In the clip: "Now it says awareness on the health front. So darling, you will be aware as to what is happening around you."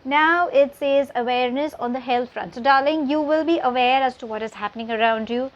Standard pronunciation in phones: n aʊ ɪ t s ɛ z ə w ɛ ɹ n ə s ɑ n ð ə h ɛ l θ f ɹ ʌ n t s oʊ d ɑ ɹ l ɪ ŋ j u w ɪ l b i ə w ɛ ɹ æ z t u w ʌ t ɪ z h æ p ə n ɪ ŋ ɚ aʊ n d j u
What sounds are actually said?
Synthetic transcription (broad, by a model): n aʊ ɪ t s ɛ z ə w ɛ ɹ n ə s ɑ n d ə h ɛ l t f ɹ ʌ n t s oʊ d ɑ ɹ l ɪ ŋ j u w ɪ l b i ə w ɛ ɹ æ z t u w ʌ t ɪ z h æ p ə n ɪ ŋ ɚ aʊ n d j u